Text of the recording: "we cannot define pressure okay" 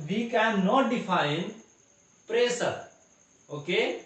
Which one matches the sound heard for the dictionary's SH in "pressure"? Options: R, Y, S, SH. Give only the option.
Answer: S